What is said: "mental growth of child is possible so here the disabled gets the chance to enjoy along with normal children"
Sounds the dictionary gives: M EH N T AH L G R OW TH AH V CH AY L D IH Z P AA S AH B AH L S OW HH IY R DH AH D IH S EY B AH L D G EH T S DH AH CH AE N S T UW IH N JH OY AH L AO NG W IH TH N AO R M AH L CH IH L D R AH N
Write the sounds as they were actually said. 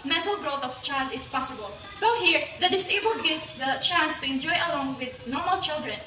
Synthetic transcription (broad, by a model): M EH N T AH L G R OW T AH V CH AY L D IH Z P AA S AH B AH L S OW HH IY R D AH D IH S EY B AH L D G EH T S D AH CH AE N S T UW IH N JH OY AH L AO NG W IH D N AO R M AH L CH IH L D R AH N